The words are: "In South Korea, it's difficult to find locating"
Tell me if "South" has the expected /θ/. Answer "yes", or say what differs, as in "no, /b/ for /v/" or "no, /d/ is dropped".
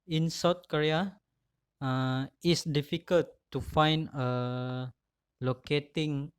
no, /t/ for /θ/